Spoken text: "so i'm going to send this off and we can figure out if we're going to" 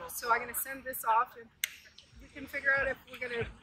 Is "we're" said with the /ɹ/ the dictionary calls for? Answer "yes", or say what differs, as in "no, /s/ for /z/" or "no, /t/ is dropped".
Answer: yes